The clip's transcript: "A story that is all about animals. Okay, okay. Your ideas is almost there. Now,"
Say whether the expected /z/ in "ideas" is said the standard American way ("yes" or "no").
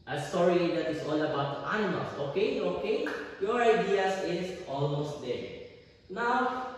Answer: no